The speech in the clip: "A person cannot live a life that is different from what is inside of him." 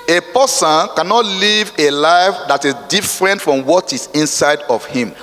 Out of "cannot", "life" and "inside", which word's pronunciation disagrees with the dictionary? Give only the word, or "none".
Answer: none